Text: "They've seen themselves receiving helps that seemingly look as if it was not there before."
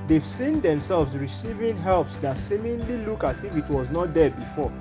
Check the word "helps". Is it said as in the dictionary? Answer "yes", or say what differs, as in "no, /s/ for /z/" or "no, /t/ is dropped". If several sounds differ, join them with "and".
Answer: yes